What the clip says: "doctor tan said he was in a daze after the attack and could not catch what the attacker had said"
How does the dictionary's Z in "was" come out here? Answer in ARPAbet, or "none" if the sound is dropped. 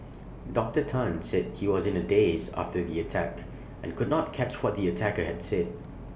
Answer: Z